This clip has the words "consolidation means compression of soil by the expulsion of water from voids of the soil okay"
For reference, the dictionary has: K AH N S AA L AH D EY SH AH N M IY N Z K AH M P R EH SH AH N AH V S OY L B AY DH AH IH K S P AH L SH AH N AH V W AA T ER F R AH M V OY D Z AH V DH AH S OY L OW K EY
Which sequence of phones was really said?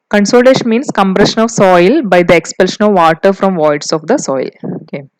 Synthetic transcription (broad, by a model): K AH N S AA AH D EY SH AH N M IY N S K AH M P R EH SH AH N AH V S OY L B AY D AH IH K S P AH L SH AH N AH V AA T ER F R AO M V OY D S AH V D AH S OY L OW K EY